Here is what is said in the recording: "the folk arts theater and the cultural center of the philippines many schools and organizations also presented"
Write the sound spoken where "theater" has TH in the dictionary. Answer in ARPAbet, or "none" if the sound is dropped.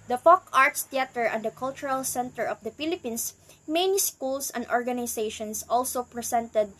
T